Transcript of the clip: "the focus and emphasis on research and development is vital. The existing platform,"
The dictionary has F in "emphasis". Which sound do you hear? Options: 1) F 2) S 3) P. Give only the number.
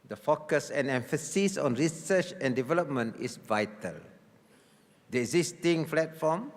1